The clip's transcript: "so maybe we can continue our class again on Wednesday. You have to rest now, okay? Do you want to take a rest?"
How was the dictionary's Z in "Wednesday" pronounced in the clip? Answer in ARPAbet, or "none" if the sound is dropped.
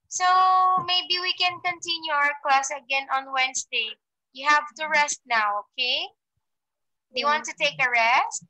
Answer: S